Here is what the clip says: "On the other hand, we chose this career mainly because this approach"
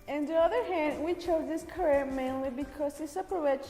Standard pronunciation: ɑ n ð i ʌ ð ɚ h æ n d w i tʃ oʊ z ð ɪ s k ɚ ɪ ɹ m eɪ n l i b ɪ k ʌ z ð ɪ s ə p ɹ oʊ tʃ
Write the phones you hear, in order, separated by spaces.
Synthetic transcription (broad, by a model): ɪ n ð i ʌ ð ɚ h æ n d w i tʃ oʊ z ð ɪ s k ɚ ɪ ɹ m eɪ n l i b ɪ k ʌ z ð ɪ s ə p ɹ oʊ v